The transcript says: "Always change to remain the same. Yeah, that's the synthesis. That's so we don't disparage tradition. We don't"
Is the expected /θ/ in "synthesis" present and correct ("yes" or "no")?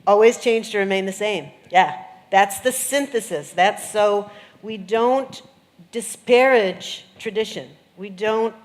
yes